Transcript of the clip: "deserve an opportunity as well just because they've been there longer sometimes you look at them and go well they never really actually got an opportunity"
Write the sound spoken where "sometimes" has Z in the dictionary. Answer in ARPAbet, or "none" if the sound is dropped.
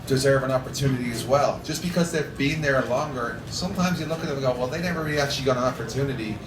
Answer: Z